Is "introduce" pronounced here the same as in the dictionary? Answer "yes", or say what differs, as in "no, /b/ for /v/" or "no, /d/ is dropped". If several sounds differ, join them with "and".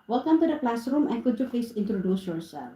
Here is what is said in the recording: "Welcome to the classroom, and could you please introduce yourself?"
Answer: yes